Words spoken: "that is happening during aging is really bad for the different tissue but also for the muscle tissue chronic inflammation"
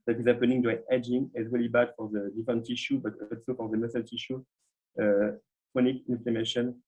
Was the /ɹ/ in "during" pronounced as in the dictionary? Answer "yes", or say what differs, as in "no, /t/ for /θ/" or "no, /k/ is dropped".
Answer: no, /ɹ/ is dropped